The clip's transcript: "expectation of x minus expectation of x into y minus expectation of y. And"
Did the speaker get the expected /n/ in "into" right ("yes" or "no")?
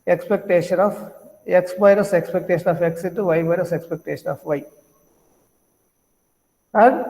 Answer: no